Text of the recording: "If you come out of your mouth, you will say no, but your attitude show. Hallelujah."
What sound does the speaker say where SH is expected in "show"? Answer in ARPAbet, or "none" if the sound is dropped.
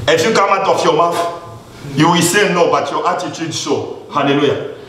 S